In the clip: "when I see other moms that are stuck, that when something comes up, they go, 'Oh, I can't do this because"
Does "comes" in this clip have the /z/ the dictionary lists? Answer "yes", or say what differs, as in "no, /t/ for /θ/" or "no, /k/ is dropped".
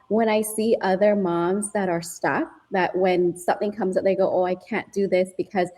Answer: yes